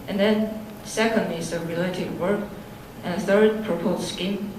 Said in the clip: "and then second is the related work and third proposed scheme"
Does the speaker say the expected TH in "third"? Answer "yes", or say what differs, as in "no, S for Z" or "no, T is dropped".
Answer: yes